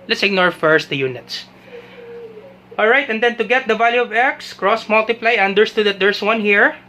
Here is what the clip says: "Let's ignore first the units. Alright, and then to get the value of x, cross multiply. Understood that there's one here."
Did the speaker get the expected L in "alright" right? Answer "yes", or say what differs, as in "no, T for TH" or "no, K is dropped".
yes